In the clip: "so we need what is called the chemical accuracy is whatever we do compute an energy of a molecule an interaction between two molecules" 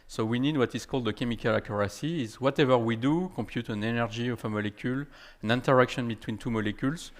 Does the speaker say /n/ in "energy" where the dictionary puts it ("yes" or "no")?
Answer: yes